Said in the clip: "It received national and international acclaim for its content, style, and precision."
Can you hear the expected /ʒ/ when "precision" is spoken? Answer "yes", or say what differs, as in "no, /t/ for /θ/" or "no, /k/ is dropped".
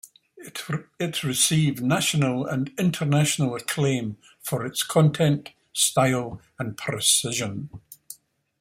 yes